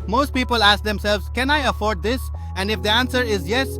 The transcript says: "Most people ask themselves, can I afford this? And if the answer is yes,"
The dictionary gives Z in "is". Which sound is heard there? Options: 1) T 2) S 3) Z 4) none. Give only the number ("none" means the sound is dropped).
3